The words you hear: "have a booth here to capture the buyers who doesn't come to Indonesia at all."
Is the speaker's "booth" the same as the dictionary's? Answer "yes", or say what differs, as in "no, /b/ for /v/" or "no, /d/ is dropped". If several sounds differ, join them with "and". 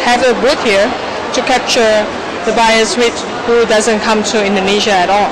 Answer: no, /t/ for /θ/